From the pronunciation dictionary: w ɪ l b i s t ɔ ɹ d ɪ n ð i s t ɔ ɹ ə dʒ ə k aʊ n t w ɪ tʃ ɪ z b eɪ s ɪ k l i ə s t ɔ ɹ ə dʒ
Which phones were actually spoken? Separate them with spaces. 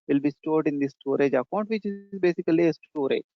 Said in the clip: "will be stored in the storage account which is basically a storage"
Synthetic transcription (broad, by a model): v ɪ l b i s t ɔ ɹ d ɪ n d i s t ɔ ɹ ə dʒ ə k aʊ n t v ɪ tʃ ɪ z b eɪ s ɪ k l i ə s t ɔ ɹ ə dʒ